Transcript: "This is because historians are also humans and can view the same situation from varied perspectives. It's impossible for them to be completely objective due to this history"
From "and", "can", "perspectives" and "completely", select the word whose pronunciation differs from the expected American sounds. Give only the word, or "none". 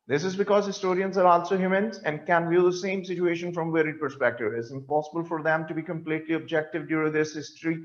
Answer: perspectives